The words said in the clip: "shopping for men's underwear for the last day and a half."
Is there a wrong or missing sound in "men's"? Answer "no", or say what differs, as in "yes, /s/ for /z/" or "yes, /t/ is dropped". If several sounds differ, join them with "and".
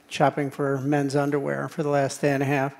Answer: no